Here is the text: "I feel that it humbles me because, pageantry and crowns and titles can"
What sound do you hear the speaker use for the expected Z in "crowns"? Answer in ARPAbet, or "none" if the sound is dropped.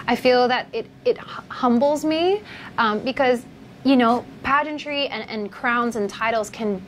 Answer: Z